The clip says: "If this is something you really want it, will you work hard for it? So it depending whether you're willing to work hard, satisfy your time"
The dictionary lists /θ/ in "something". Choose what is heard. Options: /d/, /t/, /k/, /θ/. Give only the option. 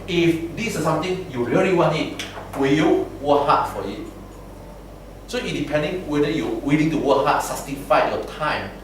/t/